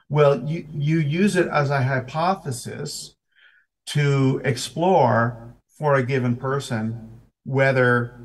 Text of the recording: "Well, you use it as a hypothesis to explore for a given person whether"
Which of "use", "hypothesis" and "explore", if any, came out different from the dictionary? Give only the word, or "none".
none